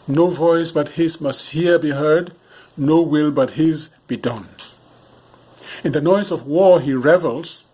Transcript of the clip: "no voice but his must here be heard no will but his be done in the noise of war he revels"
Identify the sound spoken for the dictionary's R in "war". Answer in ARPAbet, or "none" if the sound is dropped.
R